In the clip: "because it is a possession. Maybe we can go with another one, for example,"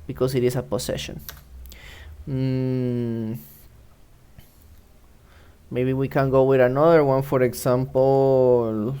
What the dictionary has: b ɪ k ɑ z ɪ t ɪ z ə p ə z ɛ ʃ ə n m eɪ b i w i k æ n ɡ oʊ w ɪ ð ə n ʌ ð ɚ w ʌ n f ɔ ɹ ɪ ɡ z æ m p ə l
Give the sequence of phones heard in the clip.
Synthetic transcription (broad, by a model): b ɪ k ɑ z ɪ t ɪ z ə p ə s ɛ ʃ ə n m eɪ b i w i k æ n ɡ oʊ w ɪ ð ə n ʌ ð ɚ w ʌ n f ɔ ɹ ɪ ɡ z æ m p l